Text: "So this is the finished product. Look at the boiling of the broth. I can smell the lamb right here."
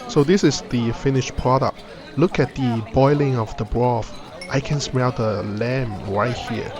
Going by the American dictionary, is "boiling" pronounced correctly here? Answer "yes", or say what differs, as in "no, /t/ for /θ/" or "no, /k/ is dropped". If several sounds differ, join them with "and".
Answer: yes